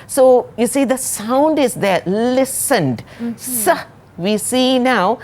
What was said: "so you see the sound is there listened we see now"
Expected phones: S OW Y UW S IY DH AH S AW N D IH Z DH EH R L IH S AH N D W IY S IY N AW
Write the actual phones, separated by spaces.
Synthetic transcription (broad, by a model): S OW Y UW S IY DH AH S AW N D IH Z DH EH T L IH S AH N D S IY S IY N AW